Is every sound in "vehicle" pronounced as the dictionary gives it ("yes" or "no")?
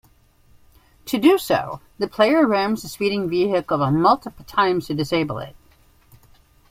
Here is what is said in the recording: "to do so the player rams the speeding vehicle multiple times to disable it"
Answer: no